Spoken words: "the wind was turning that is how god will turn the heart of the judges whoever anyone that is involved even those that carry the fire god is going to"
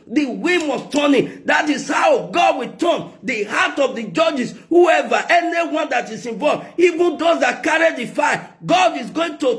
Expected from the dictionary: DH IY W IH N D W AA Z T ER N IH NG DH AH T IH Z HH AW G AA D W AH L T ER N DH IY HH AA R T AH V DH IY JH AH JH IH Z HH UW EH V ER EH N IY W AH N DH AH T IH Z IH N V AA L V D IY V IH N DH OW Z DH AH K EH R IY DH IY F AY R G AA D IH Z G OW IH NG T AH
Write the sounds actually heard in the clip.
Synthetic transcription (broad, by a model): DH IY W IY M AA S T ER N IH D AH T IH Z HH AW G AA D W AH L T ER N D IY HH AA T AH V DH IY JH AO JH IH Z HH UW EH V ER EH N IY W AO N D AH T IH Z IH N V AA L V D IY V IH N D OW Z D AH K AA R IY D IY F AY G AA D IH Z G OW IH NG T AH